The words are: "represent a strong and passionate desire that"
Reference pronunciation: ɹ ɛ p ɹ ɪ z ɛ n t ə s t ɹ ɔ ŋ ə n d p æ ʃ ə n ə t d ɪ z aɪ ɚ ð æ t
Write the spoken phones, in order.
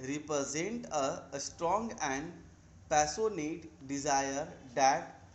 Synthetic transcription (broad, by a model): ɹ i p ɹ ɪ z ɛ n t ə s t ɹ ɔ ŋ ə n d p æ s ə n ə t d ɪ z aɪ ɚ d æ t